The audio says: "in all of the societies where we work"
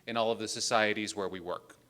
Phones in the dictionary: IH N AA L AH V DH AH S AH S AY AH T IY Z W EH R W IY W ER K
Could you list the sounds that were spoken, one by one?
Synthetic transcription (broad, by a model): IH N AA L AH V DH AH S AH S AY AH T IY Z W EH R W IY W ER K